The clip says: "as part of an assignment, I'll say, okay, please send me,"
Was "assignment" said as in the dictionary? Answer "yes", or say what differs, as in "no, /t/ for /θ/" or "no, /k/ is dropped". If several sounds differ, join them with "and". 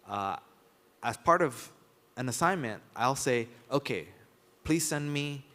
yes